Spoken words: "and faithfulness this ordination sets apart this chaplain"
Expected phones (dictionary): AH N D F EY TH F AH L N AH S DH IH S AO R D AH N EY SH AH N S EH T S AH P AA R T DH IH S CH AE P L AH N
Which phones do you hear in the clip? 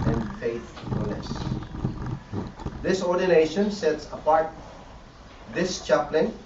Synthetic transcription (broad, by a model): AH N D F EY F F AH L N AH S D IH S AO R D AH N EY SH AH N S EH T S AH P AA R T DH IH S CH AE P L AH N